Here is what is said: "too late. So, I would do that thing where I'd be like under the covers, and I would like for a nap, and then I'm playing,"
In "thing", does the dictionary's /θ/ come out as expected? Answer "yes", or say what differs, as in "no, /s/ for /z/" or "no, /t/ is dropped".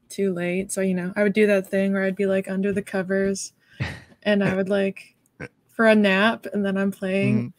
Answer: yes